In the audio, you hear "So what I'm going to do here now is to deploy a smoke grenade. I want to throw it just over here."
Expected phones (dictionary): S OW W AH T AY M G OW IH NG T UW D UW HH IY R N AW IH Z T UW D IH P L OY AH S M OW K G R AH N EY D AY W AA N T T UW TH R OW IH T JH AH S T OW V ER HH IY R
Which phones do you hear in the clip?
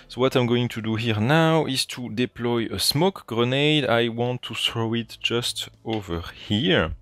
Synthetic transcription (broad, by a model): S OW W AH T AY M G OW IH NG T UW D UW HH IY R N AW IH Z T UW D IH P L OY AH S M OW K G R AH N EY D AY W AA N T T UW TH R OW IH T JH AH S T OW V ER HH IY R